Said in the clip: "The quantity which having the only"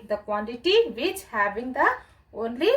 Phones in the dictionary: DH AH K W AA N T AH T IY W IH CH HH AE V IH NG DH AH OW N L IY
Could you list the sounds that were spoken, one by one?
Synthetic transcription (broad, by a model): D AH K W AA N T AH T IY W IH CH HH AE B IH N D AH OW N L IY